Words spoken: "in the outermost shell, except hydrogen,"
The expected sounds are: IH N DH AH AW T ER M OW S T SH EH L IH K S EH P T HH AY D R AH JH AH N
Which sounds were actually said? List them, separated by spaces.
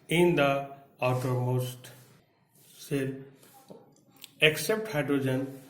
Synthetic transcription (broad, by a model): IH N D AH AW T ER M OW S T S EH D IH K S EH P T HH AY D R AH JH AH N